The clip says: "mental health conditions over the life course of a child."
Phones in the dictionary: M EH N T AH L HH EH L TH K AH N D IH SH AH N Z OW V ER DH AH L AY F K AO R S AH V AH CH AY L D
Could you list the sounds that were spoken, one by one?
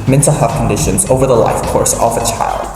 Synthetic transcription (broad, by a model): M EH N T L HH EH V K AH N D IH SH AH N Z OW V ER DH AH L AY F K AO R S AH V AH CH AY L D